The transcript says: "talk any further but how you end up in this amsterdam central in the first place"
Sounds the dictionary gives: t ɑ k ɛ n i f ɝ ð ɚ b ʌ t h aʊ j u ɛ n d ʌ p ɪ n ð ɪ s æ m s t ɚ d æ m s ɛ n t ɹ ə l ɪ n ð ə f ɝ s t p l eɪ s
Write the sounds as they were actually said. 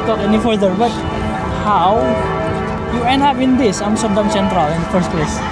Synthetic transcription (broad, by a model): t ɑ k ɛ n i f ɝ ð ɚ b ʌ t h aʊ j u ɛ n ɑ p ɪ n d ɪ s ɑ m s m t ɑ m s ɛ n t ɹ ə l ɪ n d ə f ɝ s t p l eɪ s